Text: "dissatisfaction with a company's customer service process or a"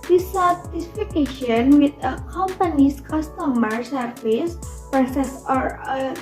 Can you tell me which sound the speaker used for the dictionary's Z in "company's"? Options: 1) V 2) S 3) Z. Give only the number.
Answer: 2